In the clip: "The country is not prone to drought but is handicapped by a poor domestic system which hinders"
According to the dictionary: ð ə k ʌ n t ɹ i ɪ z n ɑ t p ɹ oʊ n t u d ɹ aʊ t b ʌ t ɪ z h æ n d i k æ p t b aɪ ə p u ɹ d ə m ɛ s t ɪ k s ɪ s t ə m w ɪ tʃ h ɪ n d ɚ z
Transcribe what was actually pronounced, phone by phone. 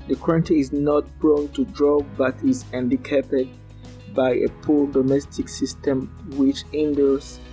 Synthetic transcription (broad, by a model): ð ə k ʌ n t i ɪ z n ɑ t b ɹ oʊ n t u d ɹ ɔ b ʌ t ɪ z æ n d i k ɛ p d b aɪ ə p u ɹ d ə m ɛ s t ɪ k s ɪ s t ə m w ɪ tʃ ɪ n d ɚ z